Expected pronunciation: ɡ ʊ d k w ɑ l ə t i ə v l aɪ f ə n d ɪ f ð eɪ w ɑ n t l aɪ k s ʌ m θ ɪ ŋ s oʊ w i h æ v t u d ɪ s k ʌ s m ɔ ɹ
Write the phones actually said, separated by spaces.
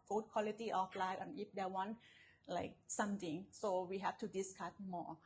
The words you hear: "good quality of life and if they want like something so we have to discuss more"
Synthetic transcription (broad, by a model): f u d k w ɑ l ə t i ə f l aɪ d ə n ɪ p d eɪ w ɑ n l aɪ k s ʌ m t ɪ ŋ s oʊ w i h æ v t u d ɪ s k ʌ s m ɔ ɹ